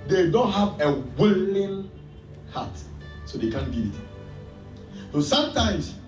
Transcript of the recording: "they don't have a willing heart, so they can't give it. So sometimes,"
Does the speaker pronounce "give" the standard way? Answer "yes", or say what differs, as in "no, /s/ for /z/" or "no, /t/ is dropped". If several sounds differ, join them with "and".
no, /v/ is dropped